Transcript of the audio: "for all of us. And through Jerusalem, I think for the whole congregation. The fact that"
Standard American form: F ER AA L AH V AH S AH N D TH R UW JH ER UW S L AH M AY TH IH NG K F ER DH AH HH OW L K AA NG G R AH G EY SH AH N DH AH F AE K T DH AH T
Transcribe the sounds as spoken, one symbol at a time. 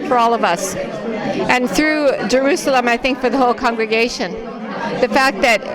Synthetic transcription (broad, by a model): F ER AA L AH V AH S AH N TH R UW JH ER UW S L AH M AY TH IH NG K F ER DH AH HH OW L K AA NG G R AH G EY SH AH N DH AH F AE K T DH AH T